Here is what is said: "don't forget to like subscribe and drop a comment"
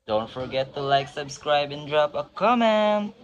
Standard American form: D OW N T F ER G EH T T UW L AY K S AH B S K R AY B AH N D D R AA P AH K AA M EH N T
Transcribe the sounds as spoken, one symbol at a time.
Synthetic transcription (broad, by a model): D OW N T F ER G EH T T UW L AY K S AH B S K R AY B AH N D D R AA P AH K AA M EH N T